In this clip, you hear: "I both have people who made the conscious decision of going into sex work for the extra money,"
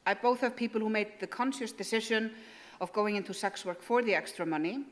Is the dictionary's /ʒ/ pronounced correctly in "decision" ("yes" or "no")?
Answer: no